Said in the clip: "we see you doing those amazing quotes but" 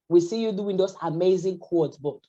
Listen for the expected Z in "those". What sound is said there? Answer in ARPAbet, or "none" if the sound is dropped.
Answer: S